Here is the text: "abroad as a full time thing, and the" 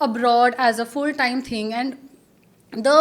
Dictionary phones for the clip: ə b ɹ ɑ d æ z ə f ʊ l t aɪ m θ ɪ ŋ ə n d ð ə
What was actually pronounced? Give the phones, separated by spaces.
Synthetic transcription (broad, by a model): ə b ɹ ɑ d æ z ə f ʊ l t aɪ m t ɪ ŋ ə n d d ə